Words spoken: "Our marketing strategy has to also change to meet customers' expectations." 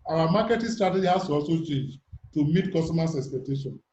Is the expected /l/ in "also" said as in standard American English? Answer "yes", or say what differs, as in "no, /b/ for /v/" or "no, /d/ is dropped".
no, /l/ is dropped